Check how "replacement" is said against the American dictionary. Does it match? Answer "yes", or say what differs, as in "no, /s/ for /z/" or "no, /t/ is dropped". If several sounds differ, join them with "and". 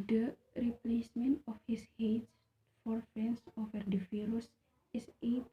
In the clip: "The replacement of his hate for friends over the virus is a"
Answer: yes